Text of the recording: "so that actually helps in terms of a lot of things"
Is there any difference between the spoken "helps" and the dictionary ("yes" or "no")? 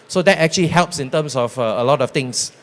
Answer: no